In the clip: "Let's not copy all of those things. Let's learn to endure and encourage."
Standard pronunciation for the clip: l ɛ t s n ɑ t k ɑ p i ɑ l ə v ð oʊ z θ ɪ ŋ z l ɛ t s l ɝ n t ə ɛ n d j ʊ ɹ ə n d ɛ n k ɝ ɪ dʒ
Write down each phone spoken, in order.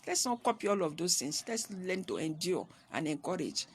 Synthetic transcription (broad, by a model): l ɛ t s n ɑ t k ɑ p i ɑ l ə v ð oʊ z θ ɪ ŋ s l ɛ t s l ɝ n t ə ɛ n d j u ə n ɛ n k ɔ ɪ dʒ